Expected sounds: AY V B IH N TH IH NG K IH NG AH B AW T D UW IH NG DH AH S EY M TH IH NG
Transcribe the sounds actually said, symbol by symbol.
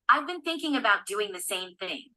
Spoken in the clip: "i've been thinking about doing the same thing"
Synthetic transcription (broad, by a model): AY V B IH N TH IH NG K IH NG AH B AW T D UW IH NG DH AH S EY M TH IH NG